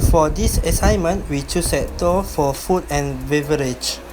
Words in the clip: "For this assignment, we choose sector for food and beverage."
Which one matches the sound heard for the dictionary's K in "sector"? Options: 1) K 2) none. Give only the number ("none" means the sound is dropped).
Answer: 2